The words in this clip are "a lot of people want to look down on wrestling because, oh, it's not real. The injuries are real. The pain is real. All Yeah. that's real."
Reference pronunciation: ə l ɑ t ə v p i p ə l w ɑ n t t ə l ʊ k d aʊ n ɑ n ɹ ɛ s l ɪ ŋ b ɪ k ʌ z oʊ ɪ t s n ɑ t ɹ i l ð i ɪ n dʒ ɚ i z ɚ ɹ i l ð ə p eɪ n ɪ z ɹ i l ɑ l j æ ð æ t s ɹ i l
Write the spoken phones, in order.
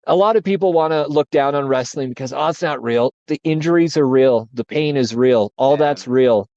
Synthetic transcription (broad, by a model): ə l ɑ t ə v p i p l w ɑ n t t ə l ʊ k d aʊ n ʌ n ɹ ɛ s l ɪ ŋ b ɪ k ʌ z oʊ ɪ t s n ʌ t ɹ i l ð i ɪ n dʒ ɚ i z ɚ ɹ i l ð ə p eɪ n ɪ z ɹ i l ɑ l ð æ t s ɹ i l